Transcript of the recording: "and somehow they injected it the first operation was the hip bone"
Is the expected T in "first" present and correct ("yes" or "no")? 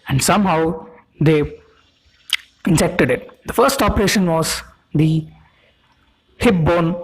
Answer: yes